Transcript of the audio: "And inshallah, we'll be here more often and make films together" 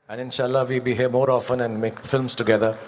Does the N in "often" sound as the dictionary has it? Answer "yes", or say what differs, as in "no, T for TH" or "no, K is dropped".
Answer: yes